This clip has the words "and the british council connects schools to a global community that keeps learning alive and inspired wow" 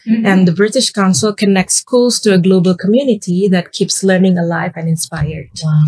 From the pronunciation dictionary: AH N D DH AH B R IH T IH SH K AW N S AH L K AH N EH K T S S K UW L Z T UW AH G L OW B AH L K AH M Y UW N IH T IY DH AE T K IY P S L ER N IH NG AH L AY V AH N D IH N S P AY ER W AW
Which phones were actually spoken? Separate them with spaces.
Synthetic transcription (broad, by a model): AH N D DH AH B R IH T IH SH K AW N S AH L K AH N EH K T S S K UW L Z T UW AH G L OW B AH L K AH M Y UW N IH T IY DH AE T K IY P S L ER N IH NG AH L AY V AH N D IH N S P AY ER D